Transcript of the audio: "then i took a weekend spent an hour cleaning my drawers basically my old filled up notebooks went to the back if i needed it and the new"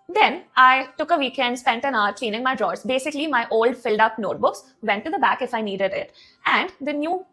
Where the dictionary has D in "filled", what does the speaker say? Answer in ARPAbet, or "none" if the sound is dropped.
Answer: D